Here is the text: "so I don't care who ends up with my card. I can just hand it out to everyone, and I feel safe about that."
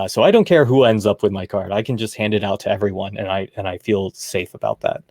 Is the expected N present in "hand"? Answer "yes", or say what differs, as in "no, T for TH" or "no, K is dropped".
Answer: yes